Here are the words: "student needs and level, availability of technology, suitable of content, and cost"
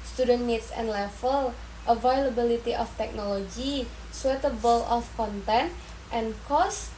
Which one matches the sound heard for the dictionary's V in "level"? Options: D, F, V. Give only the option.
F